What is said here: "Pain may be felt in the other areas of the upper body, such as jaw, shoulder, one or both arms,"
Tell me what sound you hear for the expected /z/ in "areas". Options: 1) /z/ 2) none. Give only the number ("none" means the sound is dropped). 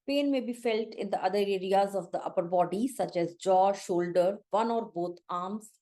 1